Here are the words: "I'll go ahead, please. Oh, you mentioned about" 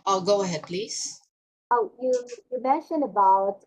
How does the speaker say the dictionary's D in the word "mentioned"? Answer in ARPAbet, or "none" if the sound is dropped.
none